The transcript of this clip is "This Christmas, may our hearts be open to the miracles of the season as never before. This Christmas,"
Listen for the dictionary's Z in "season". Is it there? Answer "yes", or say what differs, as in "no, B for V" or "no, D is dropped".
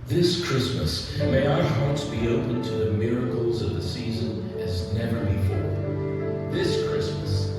yes